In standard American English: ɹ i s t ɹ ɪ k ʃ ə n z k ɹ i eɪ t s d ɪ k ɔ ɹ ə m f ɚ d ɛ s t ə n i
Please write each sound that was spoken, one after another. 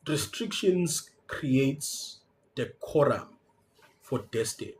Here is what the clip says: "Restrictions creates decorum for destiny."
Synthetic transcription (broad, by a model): ɹ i s t ɹ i k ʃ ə n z k ɹ i eɪ t s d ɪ k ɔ ɹ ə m f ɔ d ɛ s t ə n